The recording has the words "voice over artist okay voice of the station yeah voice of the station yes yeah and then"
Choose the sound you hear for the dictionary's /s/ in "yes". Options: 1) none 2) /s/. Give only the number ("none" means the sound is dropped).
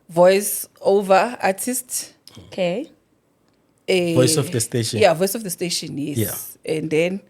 1